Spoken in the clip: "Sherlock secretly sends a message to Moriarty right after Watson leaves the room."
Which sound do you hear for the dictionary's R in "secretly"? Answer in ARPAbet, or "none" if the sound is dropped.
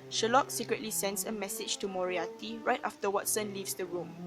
R